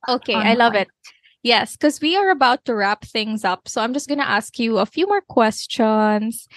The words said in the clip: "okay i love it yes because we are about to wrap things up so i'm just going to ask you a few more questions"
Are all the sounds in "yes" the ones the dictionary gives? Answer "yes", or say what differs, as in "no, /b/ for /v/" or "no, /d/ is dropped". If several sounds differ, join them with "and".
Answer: yes